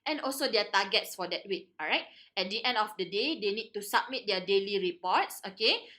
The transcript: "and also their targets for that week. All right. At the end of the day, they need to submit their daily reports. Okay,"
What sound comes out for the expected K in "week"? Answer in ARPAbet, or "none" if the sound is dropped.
none